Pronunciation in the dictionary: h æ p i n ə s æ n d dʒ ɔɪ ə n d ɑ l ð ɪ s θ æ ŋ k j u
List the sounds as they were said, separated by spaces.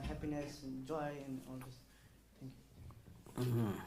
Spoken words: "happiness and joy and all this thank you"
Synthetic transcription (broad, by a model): h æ p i n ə s dʒ ɔɪ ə n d ɑ l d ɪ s t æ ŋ k j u